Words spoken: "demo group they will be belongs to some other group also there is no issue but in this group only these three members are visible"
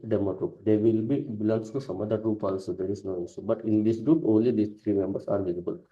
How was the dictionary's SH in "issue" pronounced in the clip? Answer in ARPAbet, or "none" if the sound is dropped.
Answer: S